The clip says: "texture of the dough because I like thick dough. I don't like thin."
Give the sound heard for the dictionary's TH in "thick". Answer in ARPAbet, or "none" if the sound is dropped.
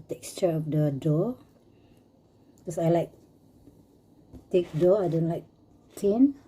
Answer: T